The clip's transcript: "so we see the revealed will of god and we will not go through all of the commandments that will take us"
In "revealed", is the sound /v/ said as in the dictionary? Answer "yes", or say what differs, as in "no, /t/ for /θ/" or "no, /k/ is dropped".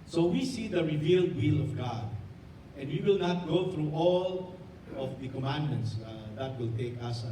yes